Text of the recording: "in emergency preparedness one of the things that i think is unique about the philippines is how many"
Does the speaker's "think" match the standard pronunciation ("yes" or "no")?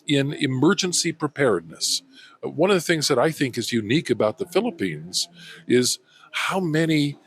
yes